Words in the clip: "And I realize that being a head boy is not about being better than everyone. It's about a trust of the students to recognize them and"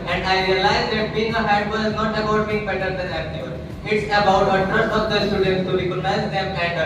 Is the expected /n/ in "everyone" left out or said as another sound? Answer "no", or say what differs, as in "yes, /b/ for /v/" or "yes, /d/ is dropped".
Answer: yes, /n/ is dropped